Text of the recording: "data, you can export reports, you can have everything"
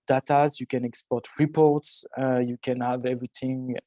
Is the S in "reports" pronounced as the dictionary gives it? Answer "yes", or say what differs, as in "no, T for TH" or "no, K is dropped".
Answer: yes